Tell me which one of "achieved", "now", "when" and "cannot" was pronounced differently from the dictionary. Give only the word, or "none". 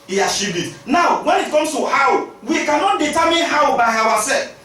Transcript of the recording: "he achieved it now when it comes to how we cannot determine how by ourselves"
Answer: achieved